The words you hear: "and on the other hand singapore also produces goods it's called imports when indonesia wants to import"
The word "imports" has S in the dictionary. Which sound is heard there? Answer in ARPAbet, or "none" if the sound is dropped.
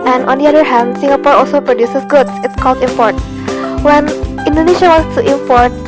none